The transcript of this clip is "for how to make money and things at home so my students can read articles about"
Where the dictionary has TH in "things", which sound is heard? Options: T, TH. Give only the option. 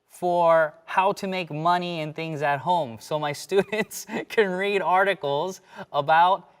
TH